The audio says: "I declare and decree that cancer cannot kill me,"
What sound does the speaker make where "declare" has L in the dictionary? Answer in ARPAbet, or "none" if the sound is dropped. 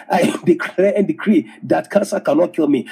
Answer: none